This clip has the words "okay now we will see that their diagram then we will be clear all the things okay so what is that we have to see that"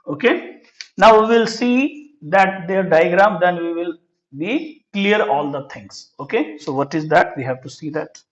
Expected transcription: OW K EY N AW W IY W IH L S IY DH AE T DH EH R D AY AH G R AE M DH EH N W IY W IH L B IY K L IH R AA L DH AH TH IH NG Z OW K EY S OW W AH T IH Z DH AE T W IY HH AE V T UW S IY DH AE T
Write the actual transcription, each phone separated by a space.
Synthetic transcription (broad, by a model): OW K EY N AW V IY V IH L S IY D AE T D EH R D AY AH G R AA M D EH N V IY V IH L B IY K L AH R AA L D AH T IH NG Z OW K EY S OW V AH T IH Z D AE T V IY HH AE V T UW S IY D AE T